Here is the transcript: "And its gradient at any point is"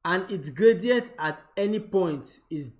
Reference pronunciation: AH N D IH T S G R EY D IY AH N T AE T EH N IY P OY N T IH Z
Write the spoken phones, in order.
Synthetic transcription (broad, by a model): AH N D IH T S G R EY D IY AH T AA T EH N IY P OY N T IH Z